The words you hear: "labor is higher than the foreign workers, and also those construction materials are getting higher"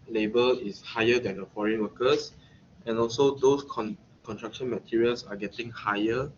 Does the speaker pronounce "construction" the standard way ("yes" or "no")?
no